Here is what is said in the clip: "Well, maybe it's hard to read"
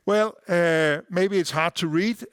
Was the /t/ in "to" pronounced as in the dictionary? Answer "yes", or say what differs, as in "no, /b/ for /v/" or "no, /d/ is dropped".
yes